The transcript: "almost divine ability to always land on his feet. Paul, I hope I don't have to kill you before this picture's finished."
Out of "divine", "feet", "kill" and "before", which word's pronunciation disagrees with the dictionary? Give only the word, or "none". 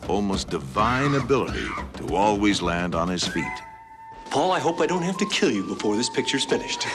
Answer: none